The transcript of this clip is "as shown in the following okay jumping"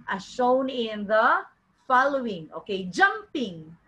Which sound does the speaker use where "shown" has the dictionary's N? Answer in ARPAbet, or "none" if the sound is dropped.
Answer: N